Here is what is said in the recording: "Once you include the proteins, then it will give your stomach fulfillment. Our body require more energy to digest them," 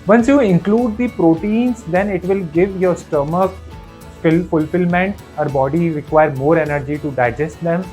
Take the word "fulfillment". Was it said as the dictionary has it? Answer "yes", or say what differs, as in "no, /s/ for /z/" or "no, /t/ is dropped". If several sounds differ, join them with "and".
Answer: yes